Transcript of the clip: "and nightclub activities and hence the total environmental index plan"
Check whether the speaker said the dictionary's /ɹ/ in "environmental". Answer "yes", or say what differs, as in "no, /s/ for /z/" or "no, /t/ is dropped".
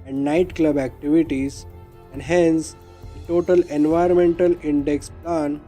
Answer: no, /ɹ/ is dropped